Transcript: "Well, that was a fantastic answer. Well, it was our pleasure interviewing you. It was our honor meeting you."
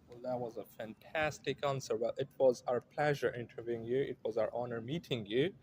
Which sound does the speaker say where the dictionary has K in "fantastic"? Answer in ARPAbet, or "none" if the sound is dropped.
K